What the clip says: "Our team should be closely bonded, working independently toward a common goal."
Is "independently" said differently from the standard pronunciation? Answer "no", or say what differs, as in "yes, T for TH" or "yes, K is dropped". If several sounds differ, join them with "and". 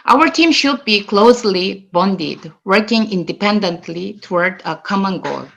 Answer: no